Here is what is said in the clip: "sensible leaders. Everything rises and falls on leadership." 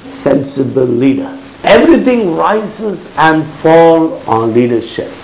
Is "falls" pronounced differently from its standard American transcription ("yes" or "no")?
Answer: yes